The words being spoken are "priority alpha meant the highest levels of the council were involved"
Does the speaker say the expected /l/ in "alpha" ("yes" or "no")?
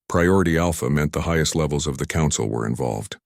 yes